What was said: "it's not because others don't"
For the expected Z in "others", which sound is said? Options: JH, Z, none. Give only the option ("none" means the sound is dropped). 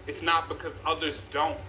Z